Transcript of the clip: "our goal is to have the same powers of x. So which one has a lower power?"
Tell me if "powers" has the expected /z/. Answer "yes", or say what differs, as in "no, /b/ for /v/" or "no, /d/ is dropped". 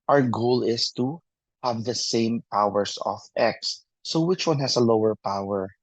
no, /s/ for /z/